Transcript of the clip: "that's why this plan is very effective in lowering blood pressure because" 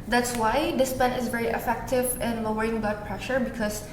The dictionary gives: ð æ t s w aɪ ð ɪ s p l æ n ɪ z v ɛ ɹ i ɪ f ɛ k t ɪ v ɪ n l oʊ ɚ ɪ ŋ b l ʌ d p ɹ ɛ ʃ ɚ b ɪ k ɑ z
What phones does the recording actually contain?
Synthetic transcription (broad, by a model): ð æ t s w aɪ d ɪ s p ɛ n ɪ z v ɛ ɹ i ɪ f ɛ k t ɪ v ɪ n l oʊ ɚ ɪ ŋ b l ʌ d p ɹ ɛ ʃ ɚ b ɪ k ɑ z